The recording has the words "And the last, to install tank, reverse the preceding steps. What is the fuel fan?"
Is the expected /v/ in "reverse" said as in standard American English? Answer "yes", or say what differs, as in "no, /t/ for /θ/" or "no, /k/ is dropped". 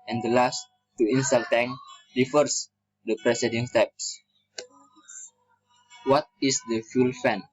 no, /f/ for /v/